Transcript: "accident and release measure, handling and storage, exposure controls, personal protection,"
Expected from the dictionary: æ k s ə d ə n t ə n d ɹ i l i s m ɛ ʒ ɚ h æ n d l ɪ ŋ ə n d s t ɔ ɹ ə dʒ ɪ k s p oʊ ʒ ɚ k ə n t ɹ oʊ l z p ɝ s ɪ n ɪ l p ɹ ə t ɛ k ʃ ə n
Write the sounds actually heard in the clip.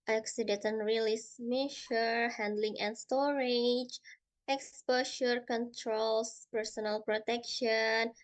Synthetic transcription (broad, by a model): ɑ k s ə d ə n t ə n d ɹ i l i s m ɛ ʃ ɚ h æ n d l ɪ ŋ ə n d s t ɔ ɹ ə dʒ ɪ k s p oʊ ʃ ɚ k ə n t ɹ oʊ l s p ɝ s ɪ n ɪ l p ɹ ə t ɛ k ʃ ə n